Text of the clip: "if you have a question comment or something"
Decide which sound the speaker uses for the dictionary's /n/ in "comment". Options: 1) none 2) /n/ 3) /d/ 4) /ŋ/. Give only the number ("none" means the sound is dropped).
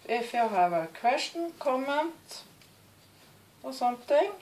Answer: 2